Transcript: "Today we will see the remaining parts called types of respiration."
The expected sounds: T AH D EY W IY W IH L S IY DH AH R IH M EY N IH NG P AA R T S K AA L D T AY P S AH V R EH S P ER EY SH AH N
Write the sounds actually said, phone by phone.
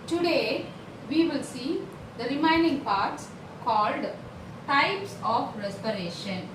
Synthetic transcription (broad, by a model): T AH D EY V IY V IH L S IY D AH R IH M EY N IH NG P AA R T S K AA L D T AY P S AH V R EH S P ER EY SH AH N